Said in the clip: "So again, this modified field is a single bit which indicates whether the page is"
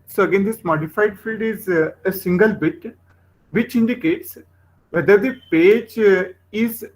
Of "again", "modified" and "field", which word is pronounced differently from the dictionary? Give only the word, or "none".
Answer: none